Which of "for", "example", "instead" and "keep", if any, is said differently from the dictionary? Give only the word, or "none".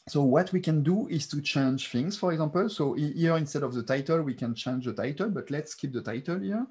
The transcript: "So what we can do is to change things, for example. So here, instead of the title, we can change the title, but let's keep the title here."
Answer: example